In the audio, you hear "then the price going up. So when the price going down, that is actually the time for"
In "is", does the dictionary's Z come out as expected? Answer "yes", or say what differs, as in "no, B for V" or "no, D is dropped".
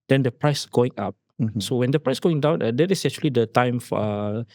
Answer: no, S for Z